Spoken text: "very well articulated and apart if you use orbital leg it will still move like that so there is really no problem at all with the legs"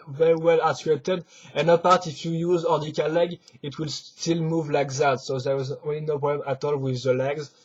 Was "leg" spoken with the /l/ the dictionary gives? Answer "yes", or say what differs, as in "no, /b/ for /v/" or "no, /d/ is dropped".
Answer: yes